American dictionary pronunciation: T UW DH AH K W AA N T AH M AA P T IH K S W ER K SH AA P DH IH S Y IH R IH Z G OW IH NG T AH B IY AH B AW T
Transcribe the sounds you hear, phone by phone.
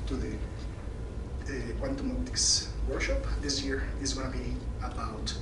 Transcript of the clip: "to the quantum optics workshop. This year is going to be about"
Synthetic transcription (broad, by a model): T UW DH AH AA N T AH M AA T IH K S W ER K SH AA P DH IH S Y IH R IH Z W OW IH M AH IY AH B AW T